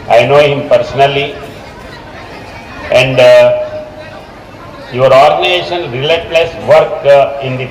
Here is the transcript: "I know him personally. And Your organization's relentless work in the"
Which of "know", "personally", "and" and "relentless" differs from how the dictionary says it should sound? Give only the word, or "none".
relentless